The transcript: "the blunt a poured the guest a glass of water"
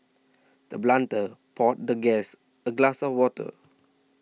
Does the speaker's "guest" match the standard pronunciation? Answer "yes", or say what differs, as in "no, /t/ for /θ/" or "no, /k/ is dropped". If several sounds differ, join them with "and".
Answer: no, /t/ is dropped